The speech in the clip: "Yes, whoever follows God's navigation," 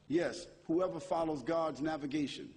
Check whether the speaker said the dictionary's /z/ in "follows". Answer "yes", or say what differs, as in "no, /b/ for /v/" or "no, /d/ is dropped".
yes